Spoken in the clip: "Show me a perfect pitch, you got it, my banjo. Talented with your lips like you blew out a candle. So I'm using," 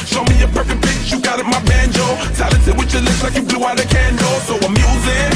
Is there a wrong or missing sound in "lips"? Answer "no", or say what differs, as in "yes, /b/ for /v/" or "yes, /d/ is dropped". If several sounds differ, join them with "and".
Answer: yes, /p/ is dropped